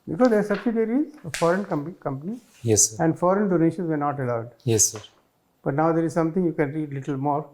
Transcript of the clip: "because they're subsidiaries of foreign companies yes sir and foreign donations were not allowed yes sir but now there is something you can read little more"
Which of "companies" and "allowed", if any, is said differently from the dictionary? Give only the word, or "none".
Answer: companies